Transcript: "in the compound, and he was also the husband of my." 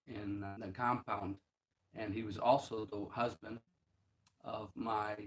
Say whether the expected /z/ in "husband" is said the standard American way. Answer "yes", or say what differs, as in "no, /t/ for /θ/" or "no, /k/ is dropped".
yes